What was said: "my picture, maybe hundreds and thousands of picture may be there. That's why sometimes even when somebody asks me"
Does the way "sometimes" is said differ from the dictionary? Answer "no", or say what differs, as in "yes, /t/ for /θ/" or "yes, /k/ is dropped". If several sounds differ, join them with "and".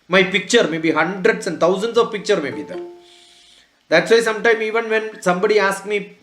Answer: yes, /z/ is dropped